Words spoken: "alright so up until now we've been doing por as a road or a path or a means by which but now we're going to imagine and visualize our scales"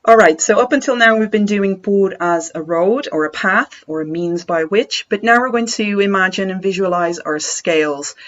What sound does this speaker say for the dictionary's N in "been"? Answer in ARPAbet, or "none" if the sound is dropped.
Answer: N